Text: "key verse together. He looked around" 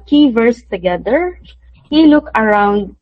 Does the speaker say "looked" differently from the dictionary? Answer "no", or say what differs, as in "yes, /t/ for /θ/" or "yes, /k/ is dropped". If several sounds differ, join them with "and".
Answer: yes, /t/ is dropped